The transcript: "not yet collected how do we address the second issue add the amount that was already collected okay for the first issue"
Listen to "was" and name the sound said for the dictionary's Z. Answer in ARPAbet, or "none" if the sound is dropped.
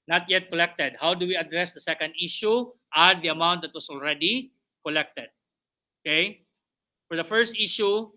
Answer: S